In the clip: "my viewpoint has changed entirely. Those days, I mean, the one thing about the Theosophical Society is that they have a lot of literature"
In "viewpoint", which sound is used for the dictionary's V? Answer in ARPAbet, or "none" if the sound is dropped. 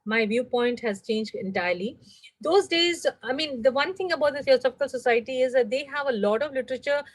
V